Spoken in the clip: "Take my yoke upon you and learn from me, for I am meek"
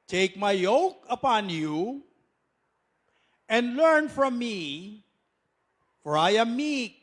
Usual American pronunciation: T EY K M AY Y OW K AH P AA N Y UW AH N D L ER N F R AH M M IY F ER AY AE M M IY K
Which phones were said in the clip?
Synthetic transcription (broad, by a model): T EY K M AY Y OW K AH P AA N Y UW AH N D L ER N F R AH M M IY F ER AY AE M M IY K